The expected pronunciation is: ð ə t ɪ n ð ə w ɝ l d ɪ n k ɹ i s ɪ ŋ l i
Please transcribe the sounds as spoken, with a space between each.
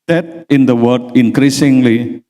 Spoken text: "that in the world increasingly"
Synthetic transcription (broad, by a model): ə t ɪ n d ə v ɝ d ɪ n k ɹ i s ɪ ŋ l i